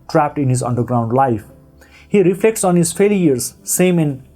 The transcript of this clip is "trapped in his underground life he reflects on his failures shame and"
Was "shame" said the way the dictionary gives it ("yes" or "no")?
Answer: no